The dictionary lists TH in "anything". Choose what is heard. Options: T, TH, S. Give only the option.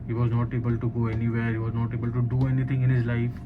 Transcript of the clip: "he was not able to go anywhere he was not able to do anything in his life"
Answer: T